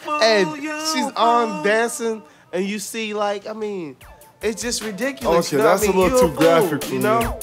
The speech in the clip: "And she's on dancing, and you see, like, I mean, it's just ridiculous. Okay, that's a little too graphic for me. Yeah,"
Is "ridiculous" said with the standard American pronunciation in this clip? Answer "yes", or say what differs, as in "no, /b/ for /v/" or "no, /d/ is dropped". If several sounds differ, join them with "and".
no, /s/ is dropped